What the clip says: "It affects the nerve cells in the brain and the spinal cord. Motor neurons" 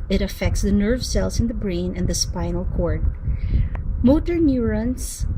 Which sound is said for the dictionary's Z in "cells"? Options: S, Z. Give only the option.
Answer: S